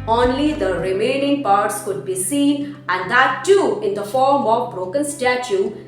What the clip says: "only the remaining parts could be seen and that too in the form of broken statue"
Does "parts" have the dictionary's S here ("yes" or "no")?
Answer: yes